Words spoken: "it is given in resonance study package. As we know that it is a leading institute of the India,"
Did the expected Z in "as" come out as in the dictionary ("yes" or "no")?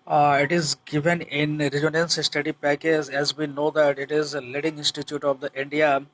yes